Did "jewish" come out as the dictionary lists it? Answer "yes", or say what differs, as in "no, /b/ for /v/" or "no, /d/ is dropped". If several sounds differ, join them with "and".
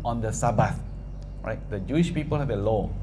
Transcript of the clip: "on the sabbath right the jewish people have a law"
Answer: yes